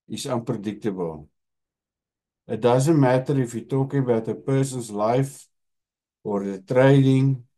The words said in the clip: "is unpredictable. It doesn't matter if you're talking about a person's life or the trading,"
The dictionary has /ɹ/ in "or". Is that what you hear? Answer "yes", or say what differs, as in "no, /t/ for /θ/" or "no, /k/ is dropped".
yes